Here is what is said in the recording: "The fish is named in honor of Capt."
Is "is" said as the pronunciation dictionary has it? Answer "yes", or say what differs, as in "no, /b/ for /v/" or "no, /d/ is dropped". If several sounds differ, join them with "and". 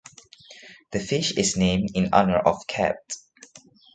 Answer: no, /s/ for /z/